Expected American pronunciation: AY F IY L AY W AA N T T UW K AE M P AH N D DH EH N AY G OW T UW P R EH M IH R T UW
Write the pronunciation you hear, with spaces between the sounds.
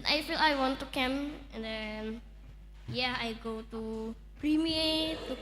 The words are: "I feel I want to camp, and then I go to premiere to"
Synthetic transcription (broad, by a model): AY F IY L AY W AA N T T UW K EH M AH N D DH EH N AY G OW T UW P R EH M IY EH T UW